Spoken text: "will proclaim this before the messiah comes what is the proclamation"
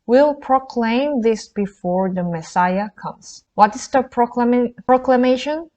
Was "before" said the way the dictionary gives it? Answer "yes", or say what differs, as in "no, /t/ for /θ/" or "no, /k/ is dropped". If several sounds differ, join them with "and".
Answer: yes